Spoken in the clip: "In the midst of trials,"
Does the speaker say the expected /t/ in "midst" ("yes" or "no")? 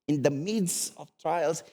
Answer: no